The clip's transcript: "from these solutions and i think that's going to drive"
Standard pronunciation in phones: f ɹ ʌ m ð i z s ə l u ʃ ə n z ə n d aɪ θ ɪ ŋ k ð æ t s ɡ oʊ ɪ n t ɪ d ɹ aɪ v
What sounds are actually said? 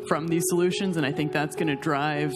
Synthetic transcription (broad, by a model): f ɹ ʌ m ð i z s ə l u ʃ ə n z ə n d aɪ θ ɪ ŋ k ð æ t s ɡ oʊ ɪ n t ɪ d ɹ aɪ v